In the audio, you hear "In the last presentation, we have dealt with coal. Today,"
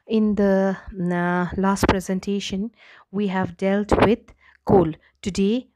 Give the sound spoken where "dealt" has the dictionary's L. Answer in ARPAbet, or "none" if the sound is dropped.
L